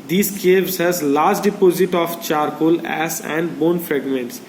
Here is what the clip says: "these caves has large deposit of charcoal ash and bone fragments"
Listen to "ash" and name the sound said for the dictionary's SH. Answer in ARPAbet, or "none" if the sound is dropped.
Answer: S